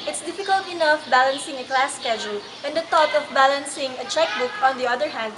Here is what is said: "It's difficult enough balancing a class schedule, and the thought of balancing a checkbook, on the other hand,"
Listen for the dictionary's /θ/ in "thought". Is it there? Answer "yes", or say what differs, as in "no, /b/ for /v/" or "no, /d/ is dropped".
no, /t/ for /θ/